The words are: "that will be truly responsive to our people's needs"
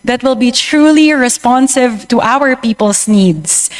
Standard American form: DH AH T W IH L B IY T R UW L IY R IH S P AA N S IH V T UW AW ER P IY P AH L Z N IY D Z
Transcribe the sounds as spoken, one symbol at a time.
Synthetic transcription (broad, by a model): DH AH T W IH L B IY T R UW L IY R IH S P AA N S IH V T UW AW ER P IY P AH L S N IY D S